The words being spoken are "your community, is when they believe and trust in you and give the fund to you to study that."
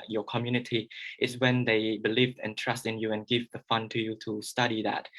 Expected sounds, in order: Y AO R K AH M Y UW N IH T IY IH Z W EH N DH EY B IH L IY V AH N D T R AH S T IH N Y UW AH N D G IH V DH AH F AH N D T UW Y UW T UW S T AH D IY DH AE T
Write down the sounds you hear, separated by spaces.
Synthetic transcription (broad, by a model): Y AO K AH M Y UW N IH T IY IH S W EH N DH EY B IH L IY V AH N T R AH S T IH N Y UW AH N G IH V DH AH F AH N T UW Y UW T UW S T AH D IY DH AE T